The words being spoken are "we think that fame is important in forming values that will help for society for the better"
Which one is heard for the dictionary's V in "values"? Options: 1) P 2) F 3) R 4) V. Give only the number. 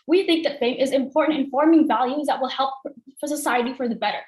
4